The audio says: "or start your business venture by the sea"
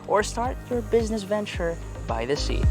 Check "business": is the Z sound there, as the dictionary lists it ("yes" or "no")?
yes